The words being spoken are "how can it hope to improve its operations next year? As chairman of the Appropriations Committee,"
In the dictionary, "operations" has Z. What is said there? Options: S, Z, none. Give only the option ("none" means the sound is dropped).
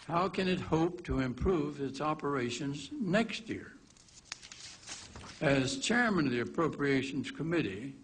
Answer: Z